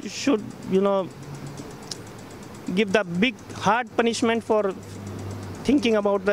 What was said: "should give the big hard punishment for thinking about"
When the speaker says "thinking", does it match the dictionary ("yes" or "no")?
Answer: no